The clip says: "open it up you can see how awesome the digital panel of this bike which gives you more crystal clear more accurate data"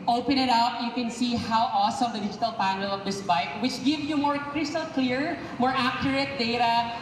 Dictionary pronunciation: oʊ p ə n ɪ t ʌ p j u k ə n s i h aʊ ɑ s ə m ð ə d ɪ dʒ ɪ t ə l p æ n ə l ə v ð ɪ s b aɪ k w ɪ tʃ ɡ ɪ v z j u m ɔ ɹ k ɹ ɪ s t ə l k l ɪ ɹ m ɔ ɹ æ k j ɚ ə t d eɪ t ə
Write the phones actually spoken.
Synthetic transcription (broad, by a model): oʊ p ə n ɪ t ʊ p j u k ə n s i h aʊ ɑ s ə m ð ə d ɪ dʒ ɪ t ə l p æ n ə l ə v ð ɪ s b aɪ k w ɪ tʃ ɡ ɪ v j u m ɔ ɹ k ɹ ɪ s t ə l k l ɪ ɹ m ɔ ɹ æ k j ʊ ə t d eɪ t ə